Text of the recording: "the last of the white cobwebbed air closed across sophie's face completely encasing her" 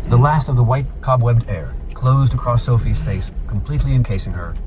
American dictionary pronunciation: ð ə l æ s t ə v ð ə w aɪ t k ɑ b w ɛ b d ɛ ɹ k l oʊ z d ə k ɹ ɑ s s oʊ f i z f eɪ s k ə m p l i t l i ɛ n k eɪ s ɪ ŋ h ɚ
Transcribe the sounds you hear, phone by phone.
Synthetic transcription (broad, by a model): ð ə l æ s t ə v ð ə w aɪ t k ɑ b w ɛ b d ɛ ɹ k l oʊ z d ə k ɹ ɑ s s oʊ f i z f eɪ s k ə m p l i t l i ɛ n k eɪ s ɪ ŋ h ɚ